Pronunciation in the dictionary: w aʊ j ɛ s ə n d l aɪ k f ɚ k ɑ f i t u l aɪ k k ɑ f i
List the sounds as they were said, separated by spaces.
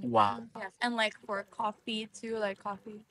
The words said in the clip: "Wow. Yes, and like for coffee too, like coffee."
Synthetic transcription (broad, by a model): w aʊ j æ ə n l aɪ k f ɚ k ɑ f i t u l aɪ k k ɑ f i